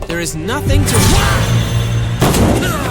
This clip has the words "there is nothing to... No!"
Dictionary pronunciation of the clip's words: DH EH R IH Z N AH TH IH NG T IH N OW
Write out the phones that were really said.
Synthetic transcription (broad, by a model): DH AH R IH Z N AH TH IH NG T IH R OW